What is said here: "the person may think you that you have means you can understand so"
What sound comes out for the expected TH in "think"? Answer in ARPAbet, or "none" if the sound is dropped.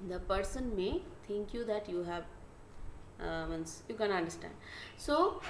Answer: T